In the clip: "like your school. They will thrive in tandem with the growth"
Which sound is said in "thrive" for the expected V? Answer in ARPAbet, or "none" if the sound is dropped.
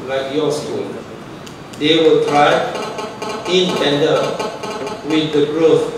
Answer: none